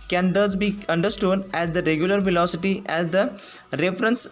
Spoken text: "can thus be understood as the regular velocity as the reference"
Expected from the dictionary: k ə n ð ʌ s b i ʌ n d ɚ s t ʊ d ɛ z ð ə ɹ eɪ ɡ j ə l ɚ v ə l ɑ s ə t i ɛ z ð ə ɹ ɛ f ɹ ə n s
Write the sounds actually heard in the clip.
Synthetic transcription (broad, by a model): k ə n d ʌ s b i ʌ n d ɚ s t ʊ d ɛ z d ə ɹ eɪ ɡ j ə l ɚ v ə l ɑ s ə t i ɛ z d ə ɹ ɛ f ɹ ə n s